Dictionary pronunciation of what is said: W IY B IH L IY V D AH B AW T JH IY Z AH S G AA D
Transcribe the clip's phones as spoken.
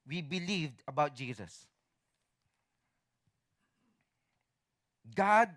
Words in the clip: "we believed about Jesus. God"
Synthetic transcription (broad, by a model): W IY B IH L IY V D AH B AW T JH IY Z AH S G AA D